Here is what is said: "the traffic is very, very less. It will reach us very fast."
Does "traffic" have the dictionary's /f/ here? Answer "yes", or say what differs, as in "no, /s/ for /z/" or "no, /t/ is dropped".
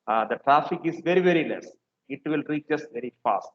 yes